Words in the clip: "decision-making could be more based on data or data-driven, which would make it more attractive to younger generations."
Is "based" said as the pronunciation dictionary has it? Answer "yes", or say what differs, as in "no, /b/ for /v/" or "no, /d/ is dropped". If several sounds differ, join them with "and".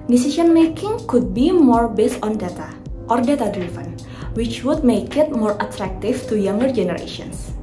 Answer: yes